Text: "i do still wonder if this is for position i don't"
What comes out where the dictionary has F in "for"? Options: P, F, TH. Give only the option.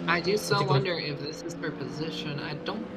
P